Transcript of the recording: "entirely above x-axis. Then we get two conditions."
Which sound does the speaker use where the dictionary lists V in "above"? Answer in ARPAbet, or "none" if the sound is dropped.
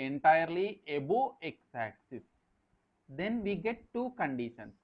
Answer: none